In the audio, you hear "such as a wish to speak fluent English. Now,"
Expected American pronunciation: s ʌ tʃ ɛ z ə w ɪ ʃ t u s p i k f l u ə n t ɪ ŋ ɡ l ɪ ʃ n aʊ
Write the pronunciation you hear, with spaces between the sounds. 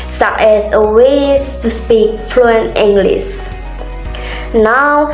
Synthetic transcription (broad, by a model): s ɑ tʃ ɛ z ə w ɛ s t u s p i k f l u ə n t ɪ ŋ ɡ l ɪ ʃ n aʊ